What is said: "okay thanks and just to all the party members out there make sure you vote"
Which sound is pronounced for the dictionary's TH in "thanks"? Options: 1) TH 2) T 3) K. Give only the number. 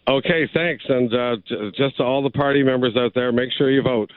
1